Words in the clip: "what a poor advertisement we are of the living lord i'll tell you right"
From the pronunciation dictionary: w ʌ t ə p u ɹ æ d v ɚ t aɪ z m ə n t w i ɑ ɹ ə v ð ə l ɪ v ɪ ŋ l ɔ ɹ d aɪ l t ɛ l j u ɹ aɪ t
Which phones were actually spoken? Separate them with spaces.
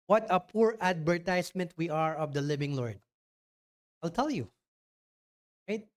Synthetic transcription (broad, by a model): w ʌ t ə p u ɹ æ d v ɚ t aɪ s m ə n t w i ɑ ɹ ə v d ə l ɪ v ɪ ŋ l ɔ ɹ d aɪ l t ɛ l j u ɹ aɪ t